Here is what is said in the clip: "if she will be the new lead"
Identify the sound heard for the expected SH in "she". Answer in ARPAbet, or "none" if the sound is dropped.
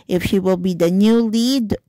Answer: SH